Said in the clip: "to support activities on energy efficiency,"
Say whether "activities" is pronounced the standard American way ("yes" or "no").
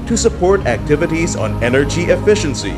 yes